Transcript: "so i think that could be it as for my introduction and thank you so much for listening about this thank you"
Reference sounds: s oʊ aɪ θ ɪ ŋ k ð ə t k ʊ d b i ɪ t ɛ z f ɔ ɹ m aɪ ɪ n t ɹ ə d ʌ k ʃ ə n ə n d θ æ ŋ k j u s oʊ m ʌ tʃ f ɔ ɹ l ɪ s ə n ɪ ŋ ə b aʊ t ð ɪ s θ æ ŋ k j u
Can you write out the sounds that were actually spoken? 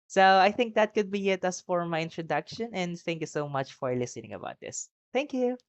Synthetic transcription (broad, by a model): s oʊ aɪ θ ɪ ŋ k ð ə t k ʊ d b i ɪ t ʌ s f ɔ ɹ m aɪ ɪ n t ɹ ə d ʌ k ʃ ə n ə n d θ æ ŋ k j u s oʊ m ʌ tʃ f ɔ ɹ l ɪ s ə n ɪ ŋ ə b aʊ t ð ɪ s θ æ ŋ k j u